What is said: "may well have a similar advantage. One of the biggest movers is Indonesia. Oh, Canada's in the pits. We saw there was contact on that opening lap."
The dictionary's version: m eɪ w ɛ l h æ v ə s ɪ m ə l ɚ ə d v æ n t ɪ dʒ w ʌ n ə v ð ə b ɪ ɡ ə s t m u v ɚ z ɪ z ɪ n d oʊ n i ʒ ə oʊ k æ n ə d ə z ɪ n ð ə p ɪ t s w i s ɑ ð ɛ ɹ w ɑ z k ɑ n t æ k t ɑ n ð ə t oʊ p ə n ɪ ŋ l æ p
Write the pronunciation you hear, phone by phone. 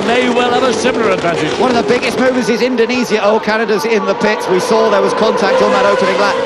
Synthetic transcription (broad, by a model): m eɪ w ɛ l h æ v ə s ɪ m ə l ɚ ə d v æ n t ɪ dʒ w ʌ n ə v ð ə b ɪ ɡ ə s t m u v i z ɪ z ɪ n d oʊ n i z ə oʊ k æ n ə d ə z ɪ n ð ə p ɪ t s w i s ɑ ð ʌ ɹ w ɑ z k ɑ n t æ k t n ð ə t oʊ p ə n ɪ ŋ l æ